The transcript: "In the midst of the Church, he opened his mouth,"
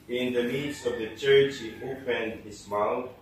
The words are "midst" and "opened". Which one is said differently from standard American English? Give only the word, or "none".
midst